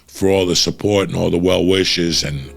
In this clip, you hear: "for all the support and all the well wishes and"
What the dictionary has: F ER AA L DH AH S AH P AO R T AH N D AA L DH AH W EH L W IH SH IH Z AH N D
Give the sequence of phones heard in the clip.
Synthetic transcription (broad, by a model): F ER AA L DH AH S AH P AO R T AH N AA L DH AH W EH L W IH SH IH Z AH N